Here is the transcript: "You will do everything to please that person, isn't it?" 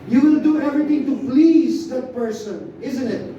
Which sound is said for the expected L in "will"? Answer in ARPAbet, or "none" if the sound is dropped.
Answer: N